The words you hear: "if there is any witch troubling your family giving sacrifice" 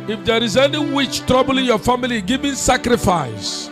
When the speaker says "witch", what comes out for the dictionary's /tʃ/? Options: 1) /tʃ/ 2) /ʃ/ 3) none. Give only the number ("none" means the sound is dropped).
1